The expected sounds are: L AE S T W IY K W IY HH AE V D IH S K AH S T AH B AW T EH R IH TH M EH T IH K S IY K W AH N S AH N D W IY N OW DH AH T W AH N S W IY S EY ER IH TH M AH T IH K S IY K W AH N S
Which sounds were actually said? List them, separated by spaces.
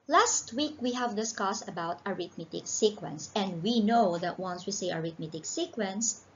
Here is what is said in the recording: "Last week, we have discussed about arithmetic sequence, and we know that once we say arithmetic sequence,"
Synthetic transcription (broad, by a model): L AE S T W IY K W IY HH AE V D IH S K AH S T AH B AW T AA R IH T M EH T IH K S IY K W AH N S AH N D W IY N OW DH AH T W AH N S W IY S EY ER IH T M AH T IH K S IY K W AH N S